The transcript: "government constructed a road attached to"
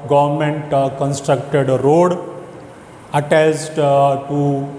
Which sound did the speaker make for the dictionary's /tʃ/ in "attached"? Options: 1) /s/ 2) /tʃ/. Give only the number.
1